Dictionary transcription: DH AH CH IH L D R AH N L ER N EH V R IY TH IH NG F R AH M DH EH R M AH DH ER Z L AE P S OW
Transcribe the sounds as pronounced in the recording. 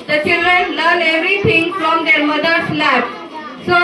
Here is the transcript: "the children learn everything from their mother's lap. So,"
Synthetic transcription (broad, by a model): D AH CH IH L D R AH N L ER N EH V R IY T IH NG F R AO M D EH R M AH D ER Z L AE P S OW